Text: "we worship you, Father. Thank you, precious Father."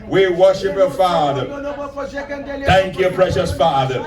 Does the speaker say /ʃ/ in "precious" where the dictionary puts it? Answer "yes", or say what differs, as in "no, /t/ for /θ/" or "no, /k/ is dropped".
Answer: yes